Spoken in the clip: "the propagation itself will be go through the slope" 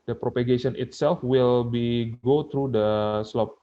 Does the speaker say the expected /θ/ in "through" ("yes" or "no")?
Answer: no